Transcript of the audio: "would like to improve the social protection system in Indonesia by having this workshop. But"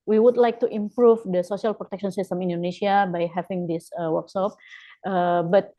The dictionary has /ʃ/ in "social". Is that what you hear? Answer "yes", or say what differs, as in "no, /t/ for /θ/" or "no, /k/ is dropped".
no, /s/ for /ʃ/